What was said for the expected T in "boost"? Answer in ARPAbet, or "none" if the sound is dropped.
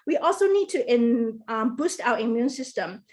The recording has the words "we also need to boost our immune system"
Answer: T